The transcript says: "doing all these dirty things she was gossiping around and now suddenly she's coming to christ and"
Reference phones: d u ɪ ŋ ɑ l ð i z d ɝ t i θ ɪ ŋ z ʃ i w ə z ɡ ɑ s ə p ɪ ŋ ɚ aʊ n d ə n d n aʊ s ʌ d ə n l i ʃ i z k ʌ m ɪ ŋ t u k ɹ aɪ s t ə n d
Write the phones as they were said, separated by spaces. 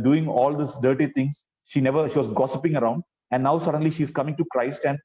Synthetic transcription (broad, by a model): d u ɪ ŋ ɑ l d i s d ɝ t i t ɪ ŋ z ʃ i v ə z ɡ ɑ s ə p ɪ ŋ ɚ aʊ n d ə n d n aʊ s ʌ d ə n l i ʃ i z k ʌ m ɪ ŋ t u k ɹ aɪ s t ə n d